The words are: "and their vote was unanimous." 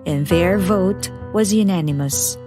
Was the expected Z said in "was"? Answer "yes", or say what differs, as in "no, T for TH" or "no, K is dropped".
yes